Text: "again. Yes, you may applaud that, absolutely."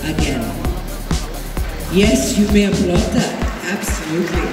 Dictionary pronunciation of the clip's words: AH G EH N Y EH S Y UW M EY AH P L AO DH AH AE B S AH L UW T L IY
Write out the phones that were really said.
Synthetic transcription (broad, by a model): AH G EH N Y EH S Y UW M EY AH B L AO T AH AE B S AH L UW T L IY